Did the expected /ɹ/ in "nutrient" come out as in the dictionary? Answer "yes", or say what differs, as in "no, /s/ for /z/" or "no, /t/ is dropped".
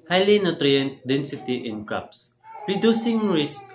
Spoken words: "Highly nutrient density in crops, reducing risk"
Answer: yes